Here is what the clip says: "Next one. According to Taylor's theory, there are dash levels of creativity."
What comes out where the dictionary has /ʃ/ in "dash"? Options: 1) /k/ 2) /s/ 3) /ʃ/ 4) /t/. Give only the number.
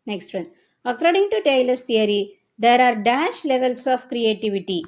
3